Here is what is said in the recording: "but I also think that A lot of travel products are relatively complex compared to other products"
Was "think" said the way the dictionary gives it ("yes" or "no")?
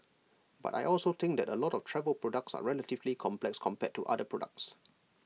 no